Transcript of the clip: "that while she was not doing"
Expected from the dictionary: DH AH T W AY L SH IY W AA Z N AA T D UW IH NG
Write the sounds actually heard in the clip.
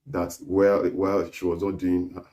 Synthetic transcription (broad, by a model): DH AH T W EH W SH IY W AA Z N AA T D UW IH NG